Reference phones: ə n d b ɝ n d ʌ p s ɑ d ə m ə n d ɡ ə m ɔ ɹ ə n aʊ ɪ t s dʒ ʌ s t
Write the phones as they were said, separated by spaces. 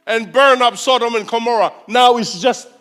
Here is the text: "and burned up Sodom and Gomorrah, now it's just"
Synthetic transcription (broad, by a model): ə n b ɝ n ʌ p s ɑ d ə m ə n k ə m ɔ ɹ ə n aʊ ɪ t s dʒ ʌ s t